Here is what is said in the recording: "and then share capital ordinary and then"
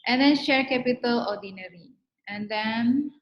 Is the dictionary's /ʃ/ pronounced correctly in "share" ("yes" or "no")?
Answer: yes